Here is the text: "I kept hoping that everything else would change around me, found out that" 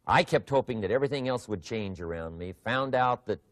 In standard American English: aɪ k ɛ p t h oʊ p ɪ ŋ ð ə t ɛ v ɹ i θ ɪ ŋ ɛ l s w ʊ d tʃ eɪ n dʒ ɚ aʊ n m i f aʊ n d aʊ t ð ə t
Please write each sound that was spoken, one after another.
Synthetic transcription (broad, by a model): aɪ k ɛ p t h oʊ p ɪ ŋ ð ə t ɛ v ɹ i θ ɪ ŋ ɛ l s w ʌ d tʃ eɪ n dʒ ɚ aʊ n m i f aʊ n d aʊ t ð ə t